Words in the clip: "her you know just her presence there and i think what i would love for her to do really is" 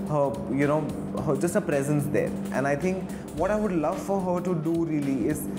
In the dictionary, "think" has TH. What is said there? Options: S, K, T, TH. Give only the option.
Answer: T